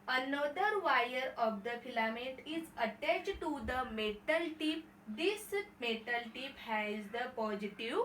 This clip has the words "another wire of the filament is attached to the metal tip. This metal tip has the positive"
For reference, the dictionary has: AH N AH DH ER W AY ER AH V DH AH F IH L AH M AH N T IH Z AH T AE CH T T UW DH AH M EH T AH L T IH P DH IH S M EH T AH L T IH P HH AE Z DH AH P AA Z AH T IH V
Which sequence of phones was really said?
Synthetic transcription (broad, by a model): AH N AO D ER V AY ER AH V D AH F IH L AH M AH T IH Z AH T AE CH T T UW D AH M EH T AH L T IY P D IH S M EH T AH L T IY P HH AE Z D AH P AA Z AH T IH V